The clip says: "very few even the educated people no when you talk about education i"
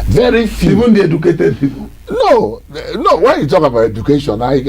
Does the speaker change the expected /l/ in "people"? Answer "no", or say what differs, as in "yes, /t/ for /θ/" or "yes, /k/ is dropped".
yes, /n/ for /l/